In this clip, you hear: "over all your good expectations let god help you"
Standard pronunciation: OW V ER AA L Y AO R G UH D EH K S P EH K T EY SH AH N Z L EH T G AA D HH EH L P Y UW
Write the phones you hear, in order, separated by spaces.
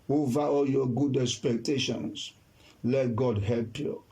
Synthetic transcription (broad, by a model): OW V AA AA L Y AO G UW D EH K S P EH K T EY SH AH N S L EH T G AA D HH EH L P Y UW